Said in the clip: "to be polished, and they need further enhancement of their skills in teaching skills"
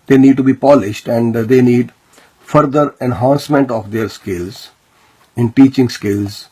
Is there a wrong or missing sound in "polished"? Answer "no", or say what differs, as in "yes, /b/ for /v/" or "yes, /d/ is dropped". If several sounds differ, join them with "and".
no